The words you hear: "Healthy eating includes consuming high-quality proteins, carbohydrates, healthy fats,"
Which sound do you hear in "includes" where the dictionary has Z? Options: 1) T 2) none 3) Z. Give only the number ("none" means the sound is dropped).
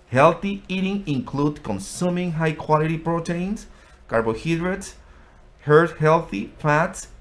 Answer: 2